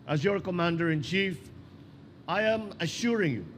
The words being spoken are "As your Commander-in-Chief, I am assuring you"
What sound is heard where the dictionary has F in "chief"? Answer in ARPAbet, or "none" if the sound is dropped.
F